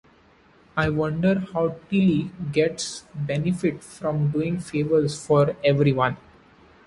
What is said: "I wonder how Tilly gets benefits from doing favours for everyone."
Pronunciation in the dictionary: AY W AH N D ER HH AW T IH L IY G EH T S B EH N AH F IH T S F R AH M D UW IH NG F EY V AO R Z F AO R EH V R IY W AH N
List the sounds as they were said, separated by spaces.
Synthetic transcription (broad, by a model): AY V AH N D ER HH AW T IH L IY G EH T S B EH N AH F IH T F R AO M D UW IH NG F EY V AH R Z F AO R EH V R IY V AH N